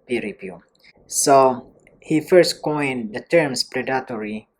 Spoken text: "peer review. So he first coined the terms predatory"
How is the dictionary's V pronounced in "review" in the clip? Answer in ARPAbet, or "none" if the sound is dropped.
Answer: P